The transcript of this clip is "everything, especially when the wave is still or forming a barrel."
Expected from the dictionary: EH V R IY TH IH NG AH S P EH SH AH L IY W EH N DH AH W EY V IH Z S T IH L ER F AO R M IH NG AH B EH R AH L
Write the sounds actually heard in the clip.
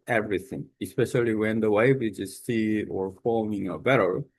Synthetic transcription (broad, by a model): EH V R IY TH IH NG AH S P EH SH AH L IY W EH N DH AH W EY V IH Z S S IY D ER F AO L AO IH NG AH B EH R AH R